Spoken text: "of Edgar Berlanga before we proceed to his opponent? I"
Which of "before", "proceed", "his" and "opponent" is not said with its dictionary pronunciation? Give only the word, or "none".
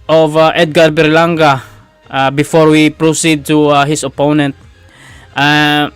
his